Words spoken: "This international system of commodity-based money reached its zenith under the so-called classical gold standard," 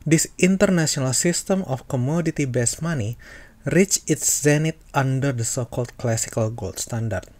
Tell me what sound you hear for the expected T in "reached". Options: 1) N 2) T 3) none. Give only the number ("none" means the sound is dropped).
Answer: 3